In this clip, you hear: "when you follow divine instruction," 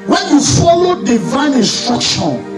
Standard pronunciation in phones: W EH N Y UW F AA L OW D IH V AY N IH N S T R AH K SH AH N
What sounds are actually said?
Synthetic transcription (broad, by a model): W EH N Y UW F AA L OW D IH V AY N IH N S T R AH K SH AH N